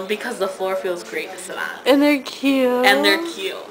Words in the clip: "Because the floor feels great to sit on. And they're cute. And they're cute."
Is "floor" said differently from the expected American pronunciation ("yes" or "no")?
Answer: no